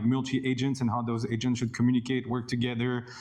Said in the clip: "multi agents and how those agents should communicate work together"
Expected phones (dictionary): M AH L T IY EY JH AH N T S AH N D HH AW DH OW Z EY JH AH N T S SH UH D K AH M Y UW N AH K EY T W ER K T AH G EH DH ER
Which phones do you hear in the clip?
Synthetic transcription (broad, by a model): M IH L T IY EY JH AH N T S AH N HH AW DH OW Z EY JH AH N T S SH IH D K AH M Y UW N AH K EY T W ER K T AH G EH DH ER